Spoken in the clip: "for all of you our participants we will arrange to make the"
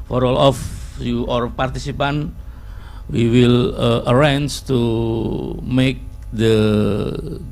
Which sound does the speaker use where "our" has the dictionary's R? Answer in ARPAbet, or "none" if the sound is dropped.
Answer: R